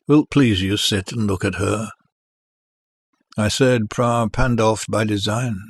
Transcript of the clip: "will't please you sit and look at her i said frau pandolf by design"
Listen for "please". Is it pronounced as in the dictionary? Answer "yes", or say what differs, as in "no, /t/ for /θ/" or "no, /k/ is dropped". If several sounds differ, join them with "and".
yes